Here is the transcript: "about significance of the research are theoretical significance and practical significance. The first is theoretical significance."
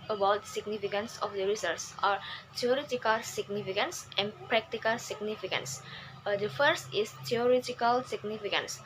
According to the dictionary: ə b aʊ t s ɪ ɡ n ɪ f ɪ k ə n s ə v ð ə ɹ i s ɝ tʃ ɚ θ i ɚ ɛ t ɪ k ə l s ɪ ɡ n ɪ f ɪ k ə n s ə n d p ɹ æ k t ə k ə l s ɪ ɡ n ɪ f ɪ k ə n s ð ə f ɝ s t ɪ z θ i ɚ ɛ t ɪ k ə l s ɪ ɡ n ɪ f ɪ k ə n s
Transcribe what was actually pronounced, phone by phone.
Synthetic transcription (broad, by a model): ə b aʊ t s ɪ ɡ n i f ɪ k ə n s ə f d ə ɹ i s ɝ s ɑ t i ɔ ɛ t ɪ k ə l s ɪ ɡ n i f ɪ k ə n s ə n p ɹ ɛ k t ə k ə l s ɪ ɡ n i f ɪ k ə n s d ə f ɝ s t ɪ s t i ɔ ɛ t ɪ k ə l s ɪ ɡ n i f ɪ k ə n s